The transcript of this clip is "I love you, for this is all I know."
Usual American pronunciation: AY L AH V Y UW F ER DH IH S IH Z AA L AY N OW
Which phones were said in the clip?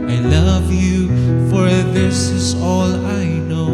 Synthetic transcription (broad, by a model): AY L AH V Y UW F ER DH IH S IH Z AA L AY N OW